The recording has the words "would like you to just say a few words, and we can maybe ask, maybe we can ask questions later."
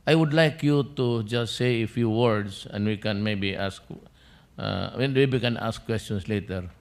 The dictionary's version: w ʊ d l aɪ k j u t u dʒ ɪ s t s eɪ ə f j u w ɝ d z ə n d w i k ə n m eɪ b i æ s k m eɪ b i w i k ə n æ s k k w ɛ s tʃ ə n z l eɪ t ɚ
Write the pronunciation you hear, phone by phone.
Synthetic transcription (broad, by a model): w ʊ d l aɪ k j u t u dʒ ɪ s t s eɪ ə f j u w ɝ d s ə n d w i k ə n m eɪ b i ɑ s k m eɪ b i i k ə n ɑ s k k w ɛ s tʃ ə n s l eɪ t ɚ